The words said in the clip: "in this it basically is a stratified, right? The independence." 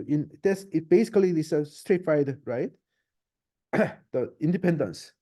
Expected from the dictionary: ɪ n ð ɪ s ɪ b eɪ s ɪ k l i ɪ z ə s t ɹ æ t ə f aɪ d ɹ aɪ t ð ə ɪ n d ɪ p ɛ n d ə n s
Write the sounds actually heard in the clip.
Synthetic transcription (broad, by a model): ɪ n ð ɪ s ɪ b eɪ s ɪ k l i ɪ s ə s t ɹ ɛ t f aɪ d ɹ aɪ t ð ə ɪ n d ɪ p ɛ n d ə n s